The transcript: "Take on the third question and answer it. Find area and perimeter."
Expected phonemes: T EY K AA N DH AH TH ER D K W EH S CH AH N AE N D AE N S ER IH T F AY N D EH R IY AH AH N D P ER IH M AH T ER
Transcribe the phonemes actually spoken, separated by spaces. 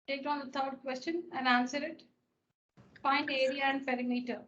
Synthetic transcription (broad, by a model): T EY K AA N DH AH T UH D K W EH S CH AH N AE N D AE N S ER IH T P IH N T EH R IY AH AH N D P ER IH M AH T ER